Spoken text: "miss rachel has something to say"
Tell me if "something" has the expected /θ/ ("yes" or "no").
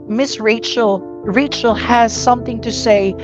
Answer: yes